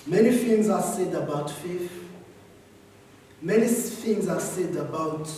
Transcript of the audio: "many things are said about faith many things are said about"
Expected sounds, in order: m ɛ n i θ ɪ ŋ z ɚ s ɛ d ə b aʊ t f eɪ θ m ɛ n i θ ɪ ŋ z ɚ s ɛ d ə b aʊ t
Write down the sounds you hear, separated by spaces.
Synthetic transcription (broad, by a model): m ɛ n i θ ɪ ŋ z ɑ s ɛ d ə b aʊ t f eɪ f m ɛ n i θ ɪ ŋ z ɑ s ɛ d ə b aʊ t